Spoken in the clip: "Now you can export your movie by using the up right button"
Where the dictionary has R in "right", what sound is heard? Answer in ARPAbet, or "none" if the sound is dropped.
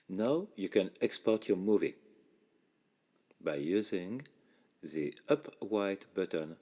W